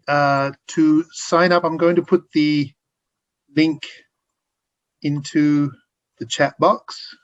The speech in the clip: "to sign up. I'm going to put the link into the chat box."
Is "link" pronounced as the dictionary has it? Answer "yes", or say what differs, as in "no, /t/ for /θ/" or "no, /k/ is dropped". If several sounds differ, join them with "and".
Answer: yes